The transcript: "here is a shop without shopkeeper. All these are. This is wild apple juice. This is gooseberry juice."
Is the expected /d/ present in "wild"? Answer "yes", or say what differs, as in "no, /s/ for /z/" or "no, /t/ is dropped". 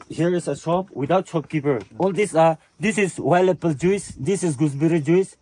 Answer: no, /d/ is dropped